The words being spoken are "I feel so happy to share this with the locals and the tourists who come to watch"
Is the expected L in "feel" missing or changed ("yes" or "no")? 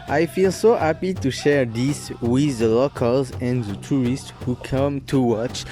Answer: no